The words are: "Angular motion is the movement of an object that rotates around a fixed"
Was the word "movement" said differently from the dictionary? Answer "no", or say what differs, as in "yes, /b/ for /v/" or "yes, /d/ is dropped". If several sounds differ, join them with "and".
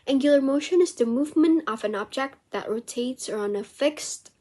no